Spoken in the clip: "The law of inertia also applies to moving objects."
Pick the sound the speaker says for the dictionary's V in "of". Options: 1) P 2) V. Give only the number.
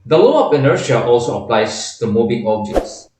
1